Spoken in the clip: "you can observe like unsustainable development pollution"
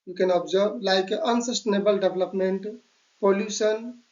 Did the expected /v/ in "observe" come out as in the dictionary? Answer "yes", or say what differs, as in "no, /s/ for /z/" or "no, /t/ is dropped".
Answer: no, /b/ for /v/